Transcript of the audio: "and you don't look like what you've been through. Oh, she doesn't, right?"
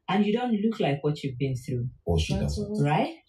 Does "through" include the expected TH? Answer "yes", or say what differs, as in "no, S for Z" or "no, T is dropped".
yes